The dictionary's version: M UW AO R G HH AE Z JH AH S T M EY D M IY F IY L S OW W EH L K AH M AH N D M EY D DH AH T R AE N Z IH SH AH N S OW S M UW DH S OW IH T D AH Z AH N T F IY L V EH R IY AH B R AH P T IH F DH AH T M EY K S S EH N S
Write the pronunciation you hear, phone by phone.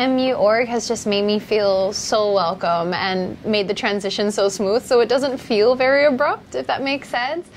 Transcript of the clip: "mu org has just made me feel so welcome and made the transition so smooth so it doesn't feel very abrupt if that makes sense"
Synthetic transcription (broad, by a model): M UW AO R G HH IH Z JH AH S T M EY D M IY F IY L S OW W EH L K AH M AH N M EY D DH AH T R AE N Z IH SH AH N S OW S M UW DH S OW IH T D AH Z AH N T F IY L V EH R IY AH B R AH P T IH F DH AH T M EY K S S EH N S